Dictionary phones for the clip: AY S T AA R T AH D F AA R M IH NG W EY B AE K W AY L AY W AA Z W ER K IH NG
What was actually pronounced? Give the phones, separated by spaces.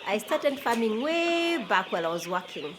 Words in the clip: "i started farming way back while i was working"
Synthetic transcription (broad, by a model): AY S T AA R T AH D F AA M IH NG W EY B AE K W AY L AY W AA Z W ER K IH NG